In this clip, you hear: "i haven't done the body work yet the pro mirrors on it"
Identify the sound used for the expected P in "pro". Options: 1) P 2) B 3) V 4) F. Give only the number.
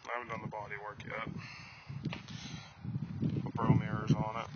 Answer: 2